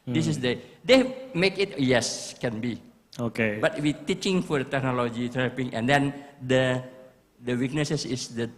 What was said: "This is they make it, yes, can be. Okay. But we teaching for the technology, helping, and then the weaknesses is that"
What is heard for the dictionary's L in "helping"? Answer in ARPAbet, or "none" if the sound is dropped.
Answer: none